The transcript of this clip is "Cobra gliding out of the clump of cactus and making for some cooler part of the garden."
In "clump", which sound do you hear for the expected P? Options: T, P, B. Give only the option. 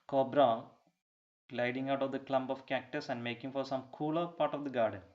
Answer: B